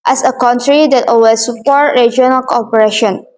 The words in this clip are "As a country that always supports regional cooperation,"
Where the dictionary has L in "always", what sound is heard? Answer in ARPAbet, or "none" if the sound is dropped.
none